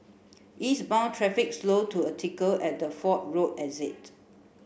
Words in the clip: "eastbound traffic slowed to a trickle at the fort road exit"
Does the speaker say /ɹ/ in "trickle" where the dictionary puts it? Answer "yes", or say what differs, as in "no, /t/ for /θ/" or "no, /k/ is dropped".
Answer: no, /ɹ/ is dropped